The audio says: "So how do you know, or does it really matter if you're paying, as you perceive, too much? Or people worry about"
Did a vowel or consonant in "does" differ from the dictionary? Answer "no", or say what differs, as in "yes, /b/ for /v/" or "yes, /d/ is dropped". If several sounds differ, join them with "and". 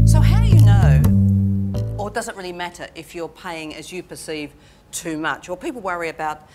no